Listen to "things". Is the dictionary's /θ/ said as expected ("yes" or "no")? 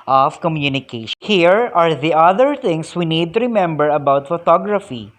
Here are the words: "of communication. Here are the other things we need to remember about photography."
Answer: no